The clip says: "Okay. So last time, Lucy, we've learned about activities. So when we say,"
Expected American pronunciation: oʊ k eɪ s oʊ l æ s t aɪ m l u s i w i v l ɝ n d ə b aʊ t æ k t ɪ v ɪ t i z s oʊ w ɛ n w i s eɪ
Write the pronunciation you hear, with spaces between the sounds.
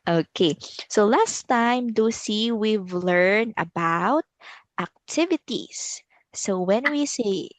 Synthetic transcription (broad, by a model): oʊ k eɪ s oʊ l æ s t aɪ m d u s i w i v l ɝ n ə b aʊ t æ k t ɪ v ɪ t i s s oʊ w ɛ n w i s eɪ